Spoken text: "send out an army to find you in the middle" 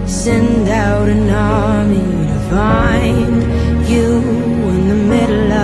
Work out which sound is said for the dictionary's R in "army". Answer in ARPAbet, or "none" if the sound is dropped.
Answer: L